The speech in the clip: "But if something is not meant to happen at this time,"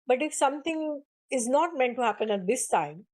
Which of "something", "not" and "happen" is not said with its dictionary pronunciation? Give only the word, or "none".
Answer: something